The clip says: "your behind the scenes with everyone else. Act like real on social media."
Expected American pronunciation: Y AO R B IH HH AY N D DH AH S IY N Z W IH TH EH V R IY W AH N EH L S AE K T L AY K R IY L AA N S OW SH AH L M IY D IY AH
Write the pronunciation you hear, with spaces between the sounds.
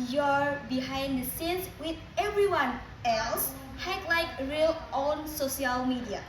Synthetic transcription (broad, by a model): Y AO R B IH HH AY N D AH S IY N S W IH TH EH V R IY W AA N EH L S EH T L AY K R IY L AA N S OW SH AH L M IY D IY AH